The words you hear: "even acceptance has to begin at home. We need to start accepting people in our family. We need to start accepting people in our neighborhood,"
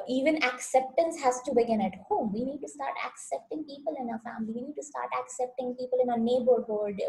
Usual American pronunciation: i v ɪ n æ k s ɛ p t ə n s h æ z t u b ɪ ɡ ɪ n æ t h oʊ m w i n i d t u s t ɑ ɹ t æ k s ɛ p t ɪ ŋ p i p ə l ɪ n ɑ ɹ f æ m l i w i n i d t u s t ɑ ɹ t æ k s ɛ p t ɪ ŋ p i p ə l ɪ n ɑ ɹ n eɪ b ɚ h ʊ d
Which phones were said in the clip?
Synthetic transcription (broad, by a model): i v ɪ n æ k s ɛ p t ə n s h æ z t u b ɪ ɡ ɪ n æ t h oʊ m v i n i d t u s t ɑ ɹ t æ k s ɛ p t ɪ ŋ p i p ə l ɪ n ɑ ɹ f æ m l i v i n i d t u s t ɑ ɹ t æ k s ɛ p t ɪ ŋ p i p ə l ɪ n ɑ n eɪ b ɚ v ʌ d